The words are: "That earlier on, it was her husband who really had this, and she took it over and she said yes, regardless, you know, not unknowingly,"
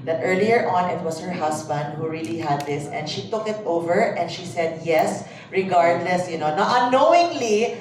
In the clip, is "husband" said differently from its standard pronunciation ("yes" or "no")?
yes